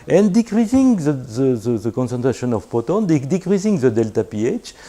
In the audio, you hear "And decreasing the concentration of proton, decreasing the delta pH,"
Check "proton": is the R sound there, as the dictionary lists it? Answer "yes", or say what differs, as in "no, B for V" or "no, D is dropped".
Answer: no, R is dropped